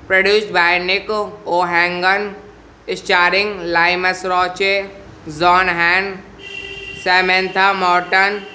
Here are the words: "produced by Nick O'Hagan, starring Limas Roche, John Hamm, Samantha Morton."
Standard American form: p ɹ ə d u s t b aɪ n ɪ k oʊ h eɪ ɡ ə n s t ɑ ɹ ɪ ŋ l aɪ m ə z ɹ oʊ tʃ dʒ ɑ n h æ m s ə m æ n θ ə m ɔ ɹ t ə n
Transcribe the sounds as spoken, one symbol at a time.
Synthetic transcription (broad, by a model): p ɹ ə d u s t b aɪ n ɪ k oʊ h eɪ ɡ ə n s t ɑ ɹ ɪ ŋ l aɪ m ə s ɹ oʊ tʃ z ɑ n h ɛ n s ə m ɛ n t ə m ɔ ɹ t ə n